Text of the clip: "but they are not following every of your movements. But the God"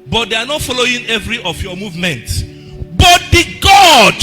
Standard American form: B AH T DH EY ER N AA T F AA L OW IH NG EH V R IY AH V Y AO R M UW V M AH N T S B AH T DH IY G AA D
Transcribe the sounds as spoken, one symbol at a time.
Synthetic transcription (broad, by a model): B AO T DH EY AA N AA T F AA L OW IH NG EH V R IY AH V Y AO M UW V M AH N T S B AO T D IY G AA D